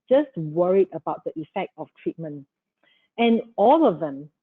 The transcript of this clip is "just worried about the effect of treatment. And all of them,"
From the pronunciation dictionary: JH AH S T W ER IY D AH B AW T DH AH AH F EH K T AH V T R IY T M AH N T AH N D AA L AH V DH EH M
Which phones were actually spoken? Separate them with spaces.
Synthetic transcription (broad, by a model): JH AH S T W ER IY D AH B AW T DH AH AH F EH K T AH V T R IY T M AH N T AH N AA L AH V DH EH M